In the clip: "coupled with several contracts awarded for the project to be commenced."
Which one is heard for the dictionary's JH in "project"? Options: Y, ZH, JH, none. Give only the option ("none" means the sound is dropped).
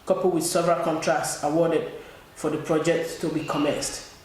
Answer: JH